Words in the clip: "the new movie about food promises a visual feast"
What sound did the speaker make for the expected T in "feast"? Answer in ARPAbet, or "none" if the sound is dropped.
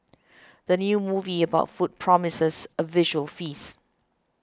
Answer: none